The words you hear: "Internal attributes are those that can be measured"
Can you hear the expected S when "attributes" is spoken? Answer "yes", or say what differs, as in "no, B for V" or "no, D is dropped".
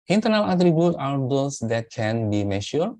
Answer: no, S is dropped